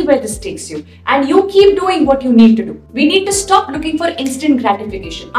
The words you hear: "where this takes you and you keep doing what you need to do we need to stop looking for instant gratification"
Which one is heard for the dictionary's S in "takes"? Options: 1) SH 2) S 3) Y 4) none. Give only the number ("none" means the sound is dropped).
2